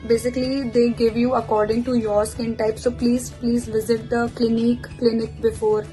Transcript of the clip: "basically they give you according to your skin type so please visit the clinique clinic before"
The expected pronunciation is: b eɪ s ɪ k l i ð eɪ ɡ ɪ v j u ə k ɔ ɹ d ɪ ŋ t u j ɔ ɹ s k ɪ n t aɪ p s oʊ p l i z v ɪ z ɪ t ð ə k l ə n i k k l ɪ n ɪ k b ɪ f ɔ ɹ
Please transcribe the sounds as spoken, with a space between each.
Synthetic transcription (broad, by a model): b eɪ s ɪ k l i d eɪ ɡ ɪ v j u ə k ɔ ɹ d ɪ ŋ t u j ɔ ɹ s k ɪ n t aɪ p s oʊ p l i z v ɪ z ɪ t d ə k l ə n i k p l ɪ n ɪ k b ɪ f ɔ ɹ